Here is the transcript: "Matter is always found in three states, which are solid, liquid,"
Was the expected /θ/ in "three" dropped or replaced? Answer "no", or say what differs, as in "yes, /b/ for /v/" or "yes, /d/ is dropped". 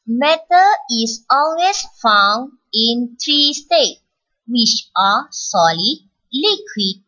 yes, /t/ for /θ/